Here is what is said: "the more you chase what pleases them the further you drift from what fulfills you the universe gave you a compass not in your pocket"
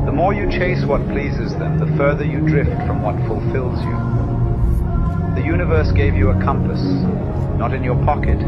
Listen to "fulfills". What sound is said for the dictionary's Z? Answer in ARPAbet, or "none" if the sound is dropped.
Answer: Z